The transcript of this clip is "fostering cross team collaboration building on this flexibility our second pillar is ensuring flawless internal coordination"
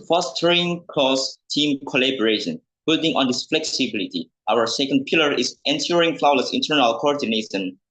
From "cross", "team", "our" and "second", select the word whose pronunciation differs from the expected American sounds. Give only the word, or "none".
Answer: cross